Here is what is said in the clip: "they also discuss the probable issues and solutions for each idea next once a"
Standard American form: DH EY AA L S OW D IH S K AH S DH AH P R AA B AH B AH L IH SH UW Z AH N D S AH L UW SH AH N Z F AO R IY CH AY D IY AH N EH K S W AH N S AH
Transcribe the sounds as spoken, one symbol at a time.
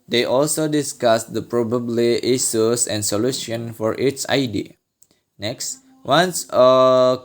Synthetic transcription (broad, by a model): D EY AA L S OW D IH S K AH S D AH P R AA B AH B L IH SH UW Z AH N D S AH L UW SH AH N F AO R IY S AY D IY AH N EH K S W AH N S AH